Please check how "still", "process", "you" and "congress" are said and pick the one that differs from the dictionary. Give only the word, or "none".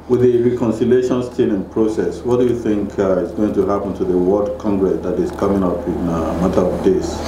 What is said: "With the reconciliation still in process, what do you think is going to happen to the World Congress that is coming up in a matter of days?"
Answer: still